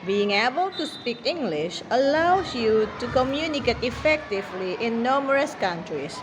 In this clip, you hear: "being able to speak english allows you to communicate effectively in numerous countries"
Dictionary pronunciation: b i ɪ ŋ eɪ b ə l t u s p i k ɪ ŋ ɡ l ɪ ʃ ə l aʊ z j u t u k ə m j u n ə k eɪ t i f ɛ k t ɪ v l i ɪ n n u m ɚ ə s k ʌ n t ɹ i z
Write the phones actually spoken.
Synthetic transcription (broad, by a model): b i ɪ ŋ eɪ b ə l t u s p i k ɪ ŋ ɡ l ɪ ʃ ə l aʊ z j u t u k ə m j u n ə k eɪ t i f ɛ k t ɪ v l i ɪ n n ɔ m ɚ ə s k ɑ n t ɹ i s